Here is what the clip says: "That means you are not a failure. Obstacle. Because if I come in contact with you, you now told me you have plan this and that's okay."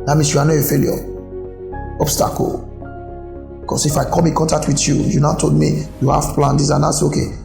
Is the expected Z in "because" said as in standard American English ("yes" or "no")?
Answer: no